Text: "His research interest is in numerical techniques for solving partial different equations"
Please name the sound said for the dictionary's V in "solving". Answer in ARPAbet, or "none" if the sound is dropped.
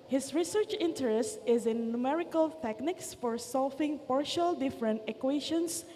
F